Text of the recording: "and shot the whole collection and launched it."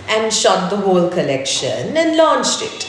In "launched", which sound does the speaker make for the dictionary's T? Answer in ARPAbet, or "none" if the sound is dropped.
T